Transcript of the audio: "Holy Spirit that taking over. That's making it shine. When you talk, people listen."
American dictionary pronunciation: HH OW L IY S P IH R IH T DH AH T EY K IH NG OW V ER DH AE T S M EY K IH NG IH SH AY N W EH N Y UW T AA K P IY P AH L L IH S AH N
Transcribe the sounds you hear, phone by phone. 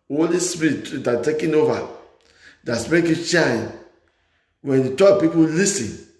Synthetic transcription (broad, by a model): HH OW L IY S P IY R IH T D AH T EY K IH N OW V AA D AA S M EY IH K IH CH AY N W EH N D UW T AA P IY P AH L L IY S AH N